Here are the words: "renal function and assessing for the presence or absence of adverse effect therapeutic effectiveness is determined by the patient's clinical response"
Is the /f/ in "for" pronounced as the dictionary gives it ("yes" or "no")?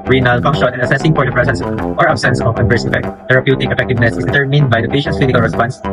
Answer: no